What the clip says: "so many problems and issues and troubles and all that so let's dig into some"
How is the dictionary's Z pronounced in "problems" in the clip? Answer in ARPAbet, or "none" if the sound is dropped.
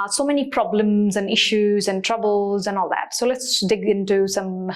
Z